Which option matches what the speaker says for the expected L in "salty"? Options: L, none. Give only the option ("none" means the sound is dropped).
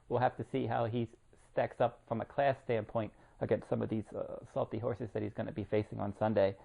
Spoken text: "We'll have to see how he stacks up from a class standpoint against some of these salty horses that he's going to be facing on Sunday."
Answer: L